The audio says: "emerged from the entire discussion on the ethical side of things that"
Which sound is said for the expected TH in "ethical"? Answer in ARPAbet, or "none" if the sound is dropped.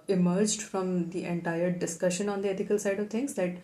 T